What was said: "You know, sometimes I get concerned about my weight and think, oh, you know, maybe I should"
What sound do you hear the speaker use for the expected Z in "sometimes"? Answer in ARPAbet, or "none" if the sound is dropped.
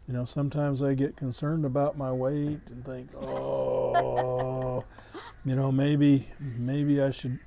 Z